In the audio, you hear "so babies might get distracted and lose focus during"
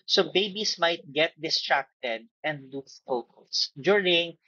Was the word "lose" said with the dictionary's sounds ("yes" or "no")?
no